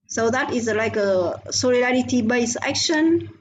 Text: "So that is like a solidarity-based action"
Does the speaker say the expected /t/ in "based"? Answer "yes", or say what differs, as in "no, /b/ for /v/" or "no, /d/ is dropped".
no, /t/ is dropped